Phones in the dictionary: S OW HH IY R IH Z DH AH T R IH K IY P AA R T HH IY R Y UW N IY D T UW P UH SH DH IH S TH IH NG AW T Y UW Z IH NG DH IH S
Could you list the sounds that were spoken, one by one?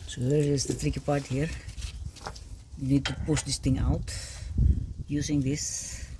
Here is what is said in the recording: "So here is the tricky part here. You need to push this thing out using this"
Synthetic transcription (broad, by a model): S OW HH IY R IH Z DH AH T R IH K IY P AA R T HH IY R Y UW N IY D T UW P UH SH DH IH S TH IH NG AW T Y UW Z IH NG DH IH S